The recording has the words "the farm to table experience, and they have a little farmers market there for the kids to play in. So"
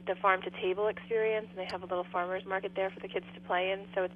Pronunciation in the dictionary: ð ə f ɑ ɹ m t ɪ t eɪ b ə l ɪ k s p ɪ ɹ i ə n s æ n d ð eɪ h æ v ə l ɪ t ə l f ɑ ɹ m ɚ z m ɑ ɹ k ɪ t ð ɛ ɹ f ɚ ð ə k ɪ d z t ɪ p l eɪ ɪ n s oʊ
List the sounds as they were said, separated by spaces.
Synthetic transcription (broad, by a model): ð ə f ɑ ɹ m t ɪ t eɪ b l ɪ k s p ɪ ɹ i ə n s n ð eɪ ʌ v ə l ɪ t l f ɑ ɹ m ɚ z m ɑ ɹ k ɪ t ð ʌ ɹ f ɚ ð ə k ɪ d z t ɪ p l eɪ ɪ n s oʊ